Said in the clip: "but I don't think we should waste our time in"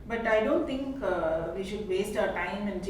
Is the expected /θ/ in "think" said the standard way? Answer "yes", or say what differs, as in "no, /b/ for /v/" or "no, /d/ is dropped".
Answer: no, /t/ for /θ/